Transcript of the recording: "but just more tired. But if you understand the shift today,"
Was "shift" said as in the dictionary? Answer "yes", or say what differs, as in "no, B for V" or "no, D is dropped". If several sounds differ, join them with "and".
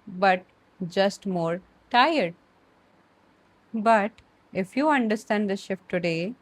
yes